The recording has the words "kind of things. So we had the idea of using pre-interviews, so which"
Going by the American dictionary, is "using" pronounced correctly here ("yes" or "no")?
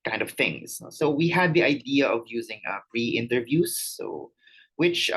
yes